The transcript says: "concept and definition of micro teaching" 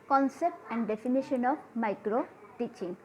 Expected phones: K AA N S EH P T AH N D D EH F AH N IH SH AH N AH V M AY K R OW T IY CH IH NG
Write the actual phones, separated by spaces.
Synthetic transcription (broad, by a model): K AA N S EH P T AH N D D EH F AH N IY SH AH N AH B M AY K R OW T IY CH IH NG